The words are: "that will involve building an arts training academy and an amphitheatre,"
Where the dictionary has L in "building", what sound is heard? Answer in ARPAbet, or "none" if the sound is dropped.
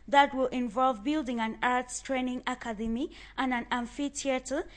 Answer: L